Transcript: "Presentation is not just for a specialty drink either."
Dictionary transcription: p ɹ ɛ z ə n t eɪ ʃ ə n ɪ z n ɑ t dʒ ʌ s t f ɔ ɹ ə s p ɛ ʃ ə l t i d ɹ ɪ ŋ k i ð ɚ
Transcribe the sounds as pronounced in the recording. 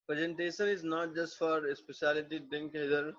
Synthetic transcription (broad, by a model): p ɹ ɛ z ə n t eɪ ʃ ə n ɪ z n ɑ t dʒ ʌ s t f ɔ ɹ ə s p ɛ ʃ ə l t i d ɪ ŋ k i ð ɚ